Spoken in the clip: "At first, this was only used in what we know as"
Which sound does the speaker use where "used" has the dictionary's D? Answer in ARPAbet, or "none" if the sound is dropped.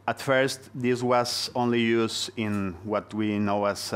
none